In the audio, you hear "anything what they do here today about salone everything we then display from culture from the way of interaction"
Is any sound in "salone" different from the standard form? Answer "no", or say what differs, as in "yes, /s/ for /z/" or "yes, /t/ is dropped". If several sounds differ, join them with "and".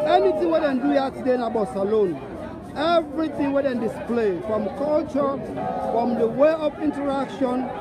no